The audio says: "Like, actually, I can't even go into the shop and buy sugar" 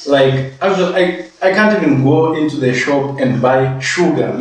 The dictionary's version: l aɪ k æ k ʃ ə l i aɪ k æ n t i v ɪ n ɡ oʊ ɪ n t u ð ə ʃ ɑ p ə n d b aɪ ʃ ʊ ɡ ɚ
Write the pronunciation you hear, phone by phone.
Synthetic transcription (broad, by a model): l aɪ k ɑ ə w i aɪ k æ n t i v ɪ n ɡ oʊ ɪ n t u ð ə ʃ ɑ p ə n d b aɪ ʃ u ɡ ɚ